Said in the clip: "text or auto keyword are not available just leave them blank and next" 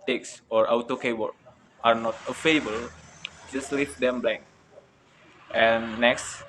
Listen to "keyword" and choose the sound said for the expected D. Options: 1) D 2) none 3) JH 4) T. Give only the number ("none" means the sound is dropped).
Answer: 2